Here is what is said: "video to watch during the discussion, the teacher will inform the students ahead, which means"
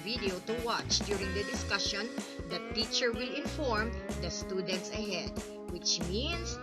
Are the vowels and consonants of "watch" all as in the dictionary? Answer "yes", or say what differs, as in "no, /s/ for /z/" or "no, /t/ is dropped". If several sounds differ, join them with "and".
yes